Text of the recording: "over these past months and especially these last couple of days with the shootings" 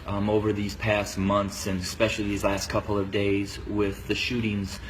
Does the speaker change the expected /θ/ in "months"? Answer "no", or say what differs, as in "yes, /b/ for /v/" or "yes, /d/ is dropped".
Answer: no